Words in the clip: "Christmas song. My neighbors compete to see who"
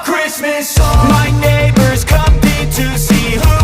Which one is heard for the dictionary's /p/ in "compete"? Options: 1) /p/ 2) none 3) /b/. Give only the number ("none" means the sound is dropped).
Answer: 2